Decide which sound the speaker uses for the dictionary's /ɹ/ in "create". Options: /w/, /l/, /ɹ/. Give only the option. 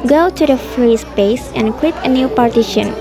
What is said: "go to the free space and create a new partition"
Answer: /w/